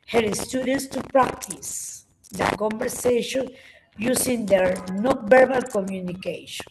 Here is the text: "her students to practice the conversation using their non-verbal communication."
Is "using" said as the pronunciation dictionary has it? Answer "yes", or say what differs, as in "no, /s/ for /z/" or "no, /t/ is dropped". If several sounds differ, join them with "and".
no, /s/ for /z/